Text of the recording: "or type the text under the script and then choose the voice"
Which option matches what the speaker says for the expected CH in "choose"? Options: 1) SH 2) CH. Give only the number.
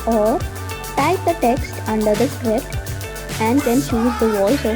1